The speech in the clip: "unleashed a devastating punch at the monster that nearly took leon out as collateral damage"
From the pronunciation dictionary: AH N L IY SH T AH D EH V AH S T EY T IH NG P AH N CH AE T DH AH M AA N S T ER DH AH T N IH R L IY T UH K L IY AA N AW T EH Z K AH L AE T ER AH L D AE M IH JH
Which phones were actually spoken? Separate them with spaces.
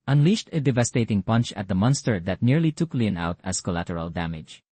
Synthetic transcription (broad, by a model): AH N L IY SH T AH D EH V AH S T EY T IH NG P AH N CH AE T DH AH M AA N S T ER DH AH T N IH R L IY T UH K L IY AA N AW T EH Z K AH L AE T ER AH L D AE M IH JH